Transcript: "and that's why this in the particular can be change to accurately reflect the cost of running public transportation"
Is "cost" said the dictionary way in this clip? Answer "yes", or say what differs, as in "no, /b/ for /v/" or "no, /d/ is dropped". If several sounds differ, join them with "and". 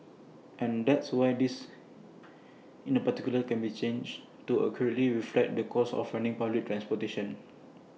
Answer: no, /t/ is dropped